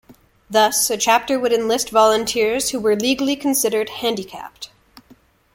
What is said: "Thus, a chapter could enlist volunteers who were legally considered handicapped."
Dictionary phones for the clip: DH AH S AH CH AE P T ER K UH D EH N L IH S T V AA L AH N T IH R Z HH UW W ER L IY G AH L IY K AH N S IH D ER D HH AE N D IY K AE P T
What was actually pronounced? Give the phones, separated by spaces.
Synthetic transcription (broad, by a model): DH AH S AH CH AE P T ER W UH D EH N L IH S T V AA L AH N T IH R Z HH UW W ER L IY G L IY K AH N S IH D ER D HH AE N D IY K AE P T